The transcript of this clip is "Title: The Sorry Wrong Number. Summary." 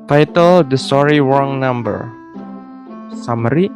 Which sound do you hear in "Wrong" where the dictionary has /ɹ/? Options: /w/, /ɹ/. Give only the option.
/w/